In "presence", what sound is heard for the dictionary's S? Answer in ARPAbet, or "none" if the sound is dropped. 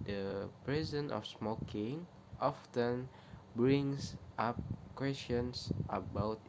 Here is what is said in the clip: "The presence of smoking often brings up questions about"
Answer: none